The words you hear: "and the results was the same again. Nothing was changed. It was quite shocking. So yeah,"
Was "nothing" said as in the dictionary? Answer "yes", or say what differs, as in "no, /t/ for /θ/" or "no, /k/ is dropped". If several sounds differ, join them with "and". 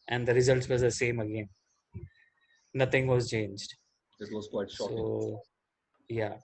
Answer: no, /t/ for /θ/